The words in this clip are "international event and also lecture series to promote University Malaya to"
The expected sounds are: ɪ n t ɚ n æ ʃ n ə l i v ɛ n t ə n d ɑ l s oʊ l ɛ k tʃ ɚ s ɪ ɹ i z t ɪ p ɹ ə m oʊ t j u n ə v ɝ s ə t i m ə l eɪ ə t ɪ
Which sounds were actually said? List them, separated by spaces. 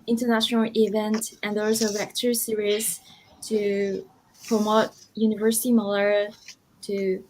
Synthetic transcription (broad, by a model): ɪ n t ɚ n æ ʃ n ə l i v ɛ n t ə n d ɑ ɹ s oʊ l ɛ k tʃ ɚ s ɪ ɹ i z t ɪ p ɹ ə m oʊ t j u n ə v ɝ s ə t i m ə l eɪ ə t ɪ